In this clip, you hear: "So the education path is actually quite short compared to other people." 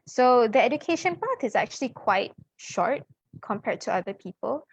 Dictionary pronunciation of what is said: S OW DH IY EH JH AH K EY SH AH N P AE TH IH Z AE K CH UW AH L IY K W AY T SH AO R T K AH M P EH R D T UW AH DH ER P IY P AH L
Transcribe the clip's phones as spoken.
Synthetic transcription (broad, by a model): S OW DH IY EH JH AH K EY SH AH N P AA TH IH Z AE K CH UW AH L IY K W AY T SH AO R T K AH M P EH R D T UW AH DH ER P IY P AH L